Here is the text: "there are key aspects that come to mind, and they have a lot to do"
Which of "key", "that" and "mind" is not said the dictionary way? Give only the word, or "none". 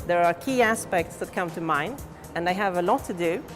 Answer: mind